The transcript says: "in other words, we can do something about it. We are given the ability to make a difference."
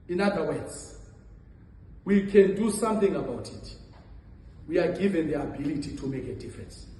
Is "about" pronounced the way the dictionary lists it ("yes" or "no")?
yes